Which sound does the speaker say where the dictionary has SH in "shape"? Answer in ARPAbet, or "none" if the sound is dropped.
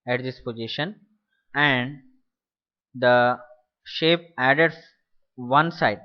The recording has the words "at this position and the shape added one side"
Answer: SH